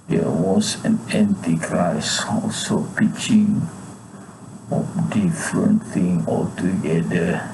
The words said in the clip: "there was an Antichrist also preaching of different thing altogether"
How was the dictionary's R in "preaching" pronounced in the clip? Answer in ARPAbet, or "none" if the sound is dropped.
none